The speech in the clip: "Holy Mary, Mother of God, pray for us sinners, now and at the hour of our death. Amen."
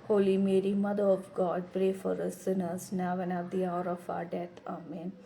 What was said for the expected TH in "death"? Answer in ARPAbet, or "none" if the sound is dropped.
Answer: T